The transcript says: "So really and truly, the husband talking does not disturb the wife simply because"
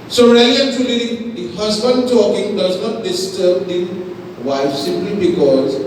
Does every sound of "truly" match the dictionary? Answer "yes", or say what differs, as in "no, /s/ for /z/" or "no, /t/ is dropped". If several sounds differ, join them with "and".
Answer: no, /ɹ/ is dropped